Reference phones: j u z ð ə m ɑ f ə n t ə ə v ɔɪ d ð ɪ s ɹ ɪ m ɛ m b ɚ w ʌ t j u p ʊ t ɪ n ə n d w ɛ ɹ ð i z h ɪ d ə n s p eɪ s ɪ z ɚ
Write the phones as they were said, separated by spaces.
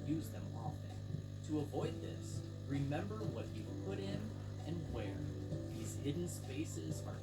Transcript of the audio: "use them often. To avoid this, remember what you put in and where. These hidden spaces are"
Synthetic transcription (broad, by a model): j u z ð ə m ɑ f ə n t ə ə v ɔɪ d ð ɪ s ɹ ɪ m ɛ m b ɚ w ʌ t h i p ʊ t ɪ n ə n w ɛ ɹ ð i z h ɪ d n s p eɪ s ɪ z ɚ